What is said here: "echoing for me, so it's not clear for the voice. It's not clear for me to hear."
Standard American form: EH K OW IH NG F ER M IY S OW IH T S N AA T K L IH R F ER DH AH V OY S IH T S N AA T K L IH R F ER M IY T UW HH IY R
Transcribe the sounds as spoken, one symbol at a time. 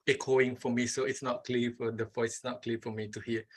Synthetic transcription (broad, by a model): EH K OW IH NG F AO M IY S OW IH T S N AA T K L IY F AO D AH F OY IH T S N AA T K L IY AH F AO M IY T UW HH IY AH